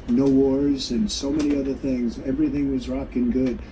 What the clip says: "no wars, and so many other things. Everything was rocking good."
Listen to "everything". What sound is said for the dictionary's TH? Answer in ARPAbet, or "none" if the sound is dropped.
TH